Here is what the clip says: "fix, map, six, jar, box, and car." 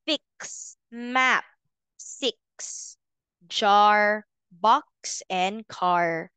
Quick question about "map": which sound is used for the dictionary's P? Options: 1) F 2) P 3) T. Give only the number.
2